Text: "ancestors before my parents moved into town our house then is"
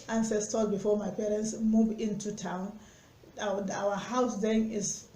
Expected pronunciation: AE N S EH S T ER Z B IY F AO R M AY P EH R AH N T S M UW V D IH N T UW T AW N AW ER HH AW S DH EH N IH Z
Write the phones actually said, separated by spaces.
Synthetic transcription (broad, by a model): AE N S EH S T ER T B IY F AO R M AY P EH R AH N T S M UW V IH N T UW T AW N AW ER HH AW S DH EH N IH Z